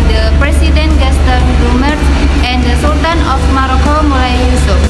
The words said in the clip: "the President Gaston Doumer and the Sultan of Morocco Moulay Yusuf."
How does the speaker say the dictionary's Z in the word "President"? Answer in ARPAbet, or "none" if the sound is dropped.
S